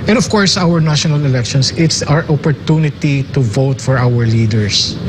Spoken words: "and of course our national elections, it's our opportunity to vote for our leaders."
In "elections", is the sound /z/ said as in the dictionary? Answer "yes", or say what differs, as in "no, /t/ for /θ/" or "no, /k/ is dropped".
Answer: no, /s/ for /z/